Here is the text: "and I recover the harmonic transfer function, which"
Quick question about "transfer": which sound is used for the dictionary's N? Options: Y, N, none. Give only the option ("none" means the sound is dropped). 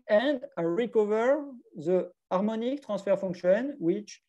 none